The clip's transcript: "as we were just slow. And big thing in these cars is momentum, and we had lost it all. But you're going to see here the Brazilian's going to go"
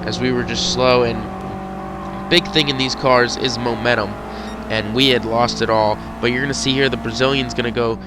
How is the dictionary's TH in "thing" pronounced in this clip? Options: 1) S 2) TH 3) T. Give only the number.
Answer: 2